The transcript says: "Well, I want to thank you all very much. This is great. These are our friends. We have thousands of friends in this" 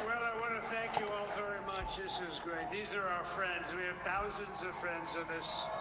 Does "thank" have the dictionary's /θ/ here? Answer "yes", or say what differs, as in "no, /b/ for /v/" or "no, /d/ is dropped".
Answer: yes